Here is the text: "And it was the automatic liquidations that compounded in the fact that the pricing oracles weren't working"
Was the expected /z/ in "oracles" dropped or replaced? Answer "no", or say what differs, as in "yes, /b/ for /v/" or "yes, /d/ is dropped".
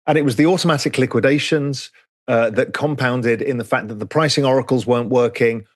no